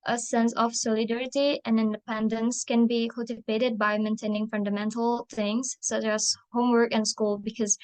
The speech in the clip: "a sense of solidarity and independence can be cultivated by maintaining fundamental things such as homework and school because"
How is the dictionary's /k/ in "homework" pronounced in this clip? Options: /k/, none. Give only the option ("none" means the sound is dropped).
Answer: /k/